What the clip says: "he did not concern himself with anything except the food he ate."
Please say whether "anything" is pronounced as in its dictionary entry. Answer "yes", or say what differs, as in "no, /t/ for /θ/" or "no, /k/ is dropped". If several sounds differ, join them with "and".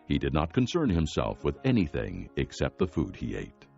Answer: yes